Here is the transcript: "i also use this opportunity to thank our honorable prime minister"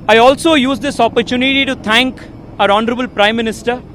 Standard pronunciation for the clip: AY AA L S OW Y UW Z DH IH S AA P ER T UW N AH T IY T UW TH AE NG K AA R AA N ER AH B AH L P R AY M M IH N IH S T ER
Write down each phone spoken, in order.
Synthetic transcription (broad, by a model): AY AA L S OW Y UW Z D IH S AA P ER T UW N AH T IY T UW T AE NG K AA R AA N ER AH B AH L P R AY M M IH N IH S T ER